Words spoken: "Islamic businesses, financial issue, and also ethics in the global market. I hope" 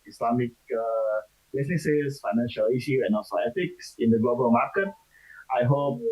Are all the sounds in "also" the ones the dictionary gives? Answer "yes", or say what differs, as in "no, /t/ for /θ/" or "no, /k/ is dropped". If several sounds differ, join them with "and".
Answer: no, /l/ is dropped